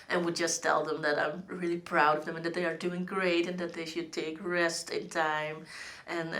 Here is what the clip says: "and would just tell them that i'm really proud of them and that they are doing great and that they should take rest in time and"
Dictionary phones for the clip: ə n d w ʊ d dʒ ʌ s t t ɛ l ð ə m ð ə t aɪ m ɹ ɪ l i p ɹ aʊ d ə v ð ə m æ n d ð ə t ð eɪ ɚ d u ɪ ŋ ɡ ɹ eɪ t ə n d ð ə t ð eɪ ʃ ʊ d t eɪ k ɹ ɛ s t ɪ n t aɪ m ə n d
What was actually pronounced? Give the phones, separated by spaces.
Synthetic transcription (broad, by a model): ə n w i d dʒ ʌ s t t ɛ l ð ə m ð ə t aɪ m ɹ ɪ l i p ɹ aʊ d ə v ð ə m n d ð ə t ð eɪ ɚ d u ɪ ŋ ɡ ɹ eɪ t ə n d ð ə t ð eɪ ʃ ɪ d t eɪ k ɹ ɛ s t ɪ n t aɪ m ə n